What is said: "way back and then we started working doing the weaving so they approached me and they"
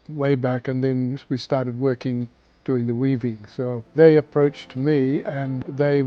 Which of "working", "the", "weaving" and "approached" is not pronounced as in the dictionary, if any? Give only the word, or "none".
none